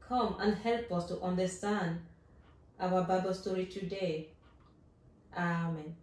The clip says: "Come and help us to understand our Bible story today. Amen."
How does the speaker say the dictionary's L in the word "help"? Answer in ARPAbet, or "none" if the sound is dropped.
L